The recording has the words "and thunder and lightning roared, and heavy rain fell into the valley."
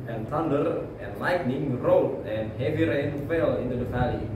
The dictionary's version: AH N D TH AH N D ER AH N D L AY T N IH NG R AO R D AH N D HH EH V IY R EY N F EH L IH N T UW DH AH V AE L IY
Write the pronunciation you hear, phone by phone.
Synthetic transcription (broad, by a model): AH N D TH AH N D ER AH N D L AY T N IH NG R AO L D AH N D HH EH V IY R EY N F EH L IH N T UW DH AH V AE L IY